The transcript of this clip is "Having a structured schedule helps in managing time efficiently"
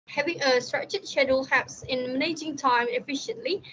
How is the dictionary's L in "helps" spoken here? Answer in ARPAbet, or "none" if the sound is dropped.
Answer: none